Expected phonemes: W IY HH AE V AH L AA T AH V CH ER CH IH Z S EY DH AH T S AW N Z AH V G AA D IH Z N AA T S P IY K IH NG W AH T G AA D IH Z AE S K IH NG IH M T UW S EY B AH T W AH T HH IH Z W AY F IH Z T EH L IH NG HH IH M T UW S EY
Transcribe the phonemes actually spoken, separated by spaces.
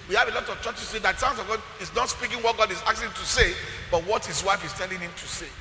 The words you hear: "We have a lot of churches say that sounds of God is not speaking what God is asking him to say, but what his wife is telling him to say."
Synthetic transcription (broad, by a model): W IY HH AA V AH L AA T AH V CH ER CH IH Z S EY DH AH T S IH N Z AH V G AA D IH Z N AA T S P IY K IH NG W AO T G AA D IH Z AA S IH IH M T UW S EY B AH T W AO T HH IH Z W AY F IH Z T EH L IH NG HH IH M T UW S EY